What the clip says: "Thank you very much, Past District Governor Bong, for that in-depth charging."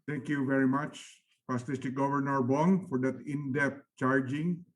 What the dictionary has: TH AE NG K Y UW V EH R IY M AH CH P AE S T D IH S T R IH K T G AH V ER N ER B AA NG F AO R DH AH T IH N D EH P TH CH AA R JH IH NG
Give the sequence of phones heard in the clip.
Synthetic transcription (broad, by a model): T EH NG K Y UW V EH R IY M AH CH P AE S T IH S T IH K G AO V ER N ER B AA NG F AO R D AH T IH N D EH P CH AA R JH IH NG